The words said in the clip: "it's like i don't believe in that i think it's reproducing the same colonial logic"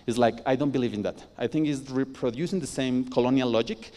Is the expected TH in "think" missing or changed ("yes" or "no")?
no